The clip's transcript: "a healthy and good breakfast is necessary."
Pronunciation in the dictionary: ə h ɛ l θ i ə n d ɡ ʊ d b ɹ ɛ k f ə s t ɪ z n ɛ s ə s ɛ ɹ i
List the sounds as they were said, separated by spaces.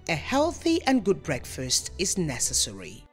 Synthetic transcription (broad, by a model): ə h ɛ l θ i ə n ɡ ʊ d b ɹ ɛ k f ə s t ɪ z n ɛ s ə s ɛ ɹ i